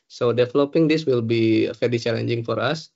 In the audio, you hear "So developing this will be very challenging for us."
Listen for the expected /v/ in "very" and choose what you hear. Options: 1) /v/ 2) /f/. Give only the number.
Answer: 2